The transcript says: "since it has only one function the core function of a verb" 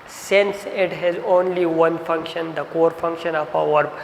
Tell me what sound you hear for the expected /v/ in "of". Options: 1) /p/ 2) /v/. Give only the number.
1